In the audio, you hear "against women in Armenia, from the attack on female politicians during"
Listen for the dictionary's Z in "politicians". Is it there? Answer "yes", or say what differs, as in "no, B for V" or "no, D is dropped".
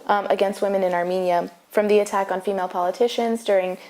yes